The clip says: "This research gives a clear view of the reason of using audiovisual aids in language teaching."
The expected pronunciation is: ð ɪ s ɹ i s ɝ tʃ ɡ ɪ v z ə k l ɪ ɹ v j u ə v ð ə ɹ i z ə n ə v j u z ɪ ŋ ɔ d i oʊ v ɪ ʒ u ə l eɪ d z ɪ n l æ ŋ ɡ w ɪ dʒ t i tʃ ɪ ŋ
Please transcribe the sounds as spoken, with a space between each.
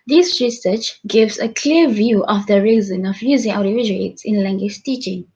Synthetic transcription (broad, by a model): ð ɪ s ɹ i s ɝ tʃ ɡ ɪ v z ə k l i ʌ v j u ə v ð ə ɹ i z ə n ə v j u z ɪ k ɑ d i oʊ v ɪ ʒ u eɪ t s ɪ n l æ ŋ ɡ w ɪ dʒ t i tʃ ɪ ŋ